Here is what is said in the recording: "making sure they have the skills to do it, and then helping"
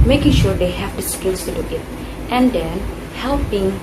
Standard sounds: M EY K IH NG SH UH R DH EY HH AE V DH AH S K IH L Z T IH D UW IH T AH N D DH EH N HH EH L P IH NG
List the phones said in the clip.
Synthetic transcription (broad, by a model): M EY K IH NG SH UH R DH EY HH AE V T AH S K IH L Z T IH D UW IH T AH N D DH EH N HH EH L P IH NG